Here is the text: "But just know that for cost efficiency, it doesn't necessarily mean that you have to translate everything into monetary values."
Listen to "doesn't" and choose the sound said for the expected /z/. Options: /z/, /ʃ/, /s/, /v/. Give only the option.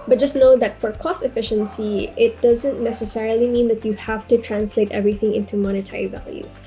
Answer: /z/